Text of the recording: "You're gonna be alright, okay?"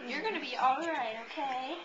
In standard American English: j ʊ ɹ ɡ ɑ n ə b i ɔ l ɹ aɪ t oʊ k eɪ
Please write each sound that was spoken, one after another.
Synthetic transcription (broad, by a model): j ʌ ɹ ɡ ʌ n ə b i ɔ l ɹ aɪ t oʊ k eɪ